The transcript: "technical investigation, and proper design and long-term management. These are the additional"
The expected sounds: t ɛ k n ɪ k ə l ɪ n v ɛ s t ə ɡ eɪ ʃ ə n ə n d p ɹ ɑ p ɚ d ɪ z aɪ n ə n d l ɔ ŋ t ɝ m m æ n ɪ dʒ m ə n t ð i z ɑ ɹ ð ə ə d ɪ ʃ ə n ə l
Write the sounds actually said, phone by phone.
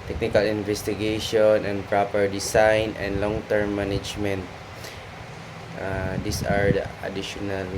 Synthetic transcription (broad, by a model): t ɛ k n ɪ k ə l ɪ n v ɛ s t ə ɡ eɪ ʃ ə n ə n d p ɹ ɑ p ɚ d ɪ s aɪ n ə n d l ɔ ŋ t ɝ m m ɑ n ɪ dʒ m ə n t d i s ɑ ɹ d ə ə d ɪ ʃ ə n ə l